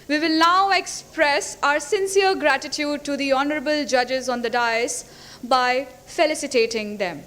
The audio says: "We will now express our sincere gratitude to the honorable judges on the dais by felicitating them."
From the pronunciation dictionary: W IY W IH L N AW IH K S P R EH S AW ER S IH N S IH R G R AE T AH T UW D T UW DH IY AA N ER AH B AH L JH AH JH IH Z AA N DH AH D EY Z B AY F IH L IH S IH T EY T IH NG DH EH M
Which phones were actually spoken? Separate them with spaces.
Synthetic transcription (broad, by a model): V IY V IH L N AW IH K S P R EH S AW ER S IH N S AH R G R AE T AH T UW D T UW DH IY AA N ER AH B AH L JH AH JH IH Z AA N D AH D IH S B AY F IH L IH S IH T EY T IH NG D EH M